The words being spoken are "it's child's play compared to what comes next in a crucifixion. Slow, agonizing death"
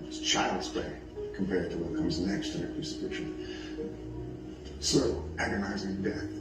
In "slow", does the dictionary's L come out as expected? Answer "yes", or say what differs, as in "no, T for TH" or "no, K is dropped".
no, L is dropped